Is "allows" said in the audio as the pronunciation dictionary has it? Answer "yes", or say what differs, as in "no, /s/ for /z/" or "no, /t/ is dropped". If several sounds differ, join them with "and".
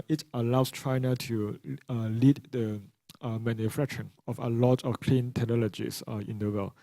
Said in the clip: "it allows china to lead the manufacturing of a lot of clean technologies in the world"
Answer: no, /s/ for /z/